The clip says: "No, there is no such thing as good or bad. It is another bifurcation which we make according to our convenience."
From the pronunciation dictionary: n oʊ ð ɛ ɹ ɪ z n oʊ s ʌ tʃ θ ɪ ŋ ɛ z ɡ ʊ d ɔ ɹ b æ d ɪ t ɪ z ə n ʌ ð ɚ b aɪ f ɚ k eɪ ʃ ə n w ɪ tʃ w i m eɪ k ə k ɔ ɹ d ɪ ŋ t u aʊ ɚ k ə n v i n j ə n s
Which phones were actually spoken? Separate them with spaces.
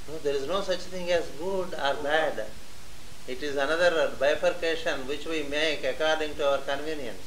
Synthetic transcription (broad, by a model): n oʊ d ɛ ɹ ɪ z n oʊ s ʌ tʃ t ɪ ŋ ɛ z ɡ ʊ d ɔ ɹ b æ d ɪ t ɪ z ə n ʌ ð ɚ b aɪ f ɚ k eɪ ʃ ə n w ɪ tʃ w i m eɪ k ə k ɔ ɹ d ɪ ŋ t u aʊ ɚ k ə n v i n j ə n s